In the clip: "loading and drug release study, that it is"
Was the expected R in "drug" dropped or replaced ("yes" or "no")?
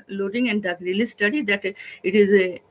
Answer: yes